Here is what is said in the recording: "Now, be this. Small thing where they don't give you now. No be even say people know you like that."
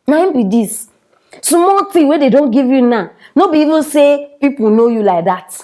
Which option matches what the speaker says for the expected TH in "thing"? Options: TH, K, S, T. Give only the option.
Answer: T